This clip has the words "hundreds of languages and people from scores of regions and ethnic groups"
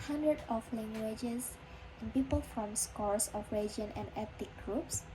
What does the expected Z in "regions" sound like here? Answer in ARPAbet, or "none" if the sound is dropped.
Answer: none